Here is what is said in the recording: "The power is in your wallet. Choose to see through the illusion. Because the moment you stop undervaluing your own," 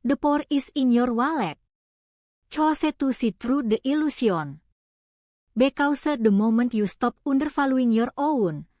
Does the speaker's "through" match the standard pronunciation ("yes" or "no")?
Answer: no